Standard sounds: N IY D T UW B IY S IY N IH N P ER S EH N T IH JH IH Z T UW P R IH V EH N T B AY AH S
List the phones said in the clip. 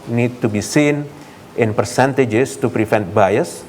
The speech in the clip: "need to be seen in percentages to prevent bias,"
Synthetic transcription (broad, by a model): N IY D T UW B IY S IY N IH N P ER S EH N T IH JH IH S T UW P R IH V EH N T B AY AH S